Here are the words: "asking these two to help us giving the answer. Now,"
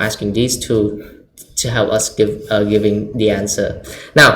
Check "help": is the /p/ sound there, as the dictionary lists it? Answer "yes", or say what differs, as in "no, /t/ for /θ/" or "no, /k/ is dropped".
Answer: yes